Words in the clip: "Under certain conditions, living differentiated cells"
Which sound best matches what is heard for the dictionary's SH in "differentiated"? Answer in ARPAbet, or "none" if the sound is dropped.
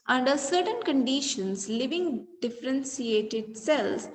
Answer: S